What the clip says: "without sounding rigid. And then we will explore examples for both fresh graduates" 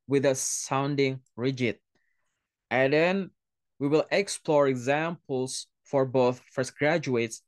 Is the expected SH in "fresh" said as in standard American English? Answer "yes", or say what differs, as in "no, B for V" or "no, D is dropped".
no, S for SH